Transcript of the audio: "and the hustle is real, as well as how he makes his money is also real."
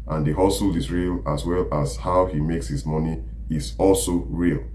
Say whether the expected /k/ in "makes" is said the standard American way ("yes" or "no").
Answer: yes